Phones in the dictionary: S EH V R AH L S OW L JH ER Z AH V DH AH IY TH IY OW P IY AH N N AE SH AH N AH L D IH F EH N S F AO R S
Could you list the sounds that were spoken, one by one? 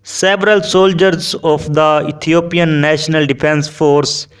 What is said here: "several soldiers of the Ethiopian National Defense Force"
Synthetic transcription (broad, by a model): S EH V R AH L S OW L JH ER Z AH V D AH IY T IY OW P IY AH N N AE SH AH N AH L D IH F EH N S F AO R S